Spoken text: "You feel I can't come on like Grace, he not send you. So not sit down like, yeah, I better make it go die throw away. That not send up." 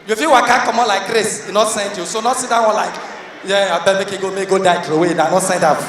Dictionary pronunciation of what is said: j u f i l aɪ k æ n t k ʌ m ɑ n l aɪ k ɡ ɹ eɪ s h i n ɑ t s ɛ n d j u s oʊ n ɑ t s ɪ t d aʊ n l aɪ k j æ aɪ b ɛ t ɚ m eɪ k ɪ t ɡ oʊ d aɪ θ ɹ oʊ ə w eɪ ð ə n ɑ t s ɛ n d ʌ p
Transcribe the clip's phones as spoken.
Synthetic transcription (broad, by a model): j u f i w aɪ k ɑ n k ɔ m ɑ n l aɪ k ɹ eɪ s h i n ɑ t s ɛ n d j u s oʊ n ɑ t s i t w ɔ n l aɪ k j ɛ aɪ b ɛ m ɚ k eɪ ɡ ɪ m ɡ oʊ d aɪ t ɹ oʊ ə w eɪ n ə n ɑ t s ɛ n d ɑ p